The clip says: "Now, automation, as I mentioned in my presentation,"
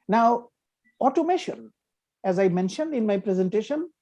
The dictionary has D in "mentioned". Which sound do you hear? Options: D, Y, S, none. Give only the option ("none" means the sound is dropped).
D